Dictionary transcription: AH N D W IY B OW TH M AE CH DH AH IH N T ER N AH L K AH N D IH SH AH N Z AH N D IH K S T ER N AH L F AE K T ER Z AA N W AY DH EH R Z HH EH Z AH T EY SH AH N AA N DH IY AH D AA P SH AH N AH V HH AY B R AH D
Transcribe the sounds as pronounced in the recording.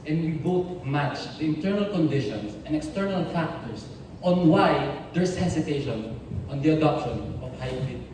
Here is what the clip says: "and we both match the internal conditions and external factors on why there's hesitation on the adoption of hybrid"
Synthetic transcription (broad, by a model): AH N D W IY B OW T M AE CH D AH IH N T ER N AH L K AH N D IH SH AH N S AH N D IH K S T ER N AH L F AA K T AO S AA N W AY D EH R S HH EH S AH T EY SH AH N AA N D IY AH D AA P SH AH N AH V HH AY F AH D